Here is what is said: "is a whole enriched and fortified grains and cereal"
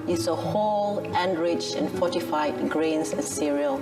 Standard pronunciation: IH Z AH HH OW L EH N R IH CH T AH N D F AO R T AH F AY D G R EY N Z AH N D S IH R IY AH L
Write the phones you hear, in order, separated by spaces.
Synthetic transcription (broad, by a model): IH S AH HH OW L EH N R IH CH AH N F AO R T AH F AY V G R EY N S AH S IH R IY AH L